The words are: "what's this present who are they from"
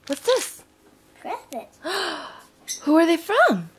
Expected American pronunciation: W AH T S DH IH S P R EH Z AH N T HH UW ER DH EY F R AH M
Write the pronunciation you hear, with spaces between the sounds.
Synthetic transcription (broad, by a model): W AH T S DH IH S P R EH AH T HH UW ER DH EY F R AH M